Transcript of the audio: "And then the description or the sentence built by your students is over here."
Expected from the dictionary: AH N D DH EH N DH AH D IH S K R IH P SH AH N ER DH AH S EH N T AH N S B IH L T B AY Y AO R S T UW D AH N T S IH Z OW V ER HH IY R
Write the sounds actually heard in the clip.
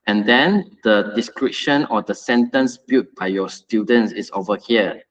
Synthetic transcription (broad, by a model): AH N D EH N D AH D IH S K R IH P SH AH N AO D AH S EH N T AH N S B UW T B AY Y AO S T UW D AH N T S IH S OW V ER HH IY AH